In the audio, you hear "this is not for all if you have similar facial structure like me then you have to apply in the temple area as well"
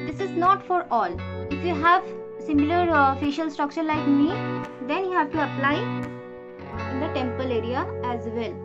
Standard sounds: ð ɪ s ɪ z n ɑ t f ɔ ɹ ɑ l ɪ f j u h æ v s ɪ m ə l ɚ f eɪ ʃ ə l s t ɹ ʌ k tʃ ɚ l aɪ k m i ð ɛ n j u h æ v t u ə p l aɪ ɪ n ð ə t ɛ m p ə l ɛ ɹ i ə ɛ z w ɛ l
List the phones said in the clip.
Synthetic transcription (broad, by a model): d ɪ s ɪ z n ɑ t f ɔ ɹ ɑ l ɪ f j u h æ v s ɪ m ə l ɚ f eɪ ʃ ə l s t ɹ ʌ k tʃ ɚ l aɪ k m i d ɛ n j u h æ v t u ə p l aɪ ɪ n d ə t ɛ m p ə l ɛ ɹ i ə ɛ z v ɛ l